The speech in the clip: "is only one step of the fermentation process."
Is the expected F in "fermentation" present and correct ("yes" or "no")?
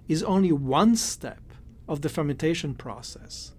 yes